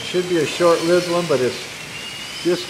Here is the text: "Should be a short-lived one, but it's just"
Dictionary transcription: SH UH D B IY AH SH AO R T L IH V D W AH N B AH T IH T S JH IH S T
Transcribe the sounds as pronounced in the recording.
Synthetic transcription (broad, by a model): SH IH D B IY AH SH AO R T L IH D W AH N B AH T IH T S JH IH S